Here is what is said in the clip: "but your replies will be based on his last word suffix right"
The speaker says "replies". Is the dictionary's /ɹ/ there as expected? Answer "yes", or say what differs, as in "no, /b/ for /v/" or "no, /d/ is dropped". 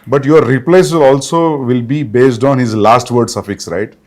no, /l/ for /ɹ/